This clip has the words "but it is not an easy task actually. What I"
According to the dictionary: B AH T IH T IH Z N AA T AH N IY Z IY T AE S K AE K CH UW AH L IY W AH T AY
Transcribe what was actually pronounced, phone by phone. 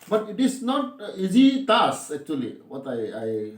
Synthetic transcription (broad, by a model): B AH T IH T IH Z N AA T IY Z IY T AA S AE K CH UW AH L IY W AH T AY